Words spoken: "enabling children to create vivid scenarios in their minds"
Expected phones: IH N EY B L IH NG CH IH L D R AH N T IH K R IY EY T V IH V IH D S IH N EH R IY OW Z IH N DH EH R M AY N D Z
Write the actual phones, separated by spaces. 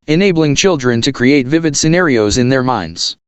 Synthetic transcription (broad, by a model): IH N EY B L IH NG CH IH L D R AH N T IH K R IY EY T V IH V IH D S IH N EH R IY OW Z IH N DH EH R M AY N D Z